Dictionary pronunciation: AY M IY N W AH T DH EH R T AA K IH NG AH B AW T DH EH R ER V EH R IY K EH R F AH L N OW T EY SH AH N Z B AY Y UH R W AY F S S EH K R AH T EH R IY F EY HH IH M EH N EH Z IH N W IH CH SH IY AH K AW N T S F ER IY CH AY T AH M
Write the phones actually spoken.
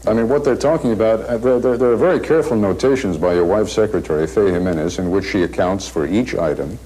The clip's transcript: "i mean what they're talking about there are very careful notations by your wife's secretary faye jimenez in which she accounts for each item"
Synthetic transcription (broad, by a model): AY M IY N W AH T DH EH R T AA K IH NG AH B AW T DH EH R ER V EH R IY K EH R F L N OW T EY SH AH N Z B AY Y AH R W AY F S S EH K R AH T EH R IY F EY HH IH M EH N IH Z IH N W IH CH SH IY AH K AW N T S F ER IY CH AY T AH M